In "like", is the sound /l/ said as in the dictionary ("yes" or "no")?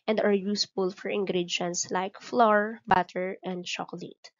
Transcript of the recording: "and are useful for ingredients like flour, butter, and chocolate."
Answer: yes